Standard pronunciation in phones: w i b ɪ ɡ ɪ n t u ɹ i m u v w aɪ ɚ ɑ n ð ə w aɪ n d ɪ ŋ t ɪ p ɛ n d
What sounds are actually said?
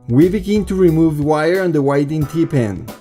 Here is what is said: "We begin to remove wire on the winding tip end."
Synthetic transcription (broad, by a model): w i b ɪ ɡ ɪ n t u ɹ i m u v w aɪ ɚ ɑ n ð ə w aɪ d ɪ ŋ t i p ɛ n